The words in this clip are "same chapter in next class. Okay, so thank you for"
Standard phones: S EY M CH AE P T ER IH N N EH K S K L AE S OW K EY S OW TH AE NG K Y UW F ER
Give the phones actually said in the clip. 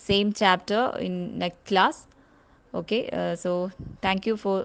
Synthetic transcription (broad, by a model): S EY M CH AE P T ER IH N N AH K K L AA S OW K EY S OW T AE NG K Y UW F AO